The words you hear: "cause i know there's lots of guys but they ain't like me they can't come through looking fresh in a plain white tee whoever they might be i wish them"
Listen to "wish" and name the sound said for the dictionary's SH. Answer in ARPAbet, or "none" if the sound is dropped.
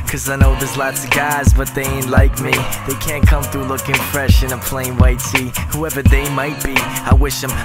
SH